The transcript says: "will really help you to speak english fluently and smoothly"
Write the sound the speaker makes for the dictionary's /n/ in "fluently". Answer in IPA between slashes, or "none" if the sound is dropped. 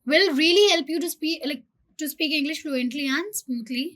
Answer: /n/